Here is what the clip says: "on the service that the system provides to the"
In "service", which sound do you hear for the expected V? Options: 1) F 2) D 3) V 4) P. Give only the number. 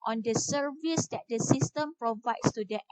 3